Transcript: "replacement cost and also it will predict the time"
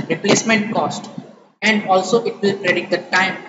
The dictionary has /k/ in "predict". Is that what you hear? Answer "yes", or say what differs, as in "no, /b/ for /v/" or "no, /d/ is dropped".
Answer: no, /k/ is dropped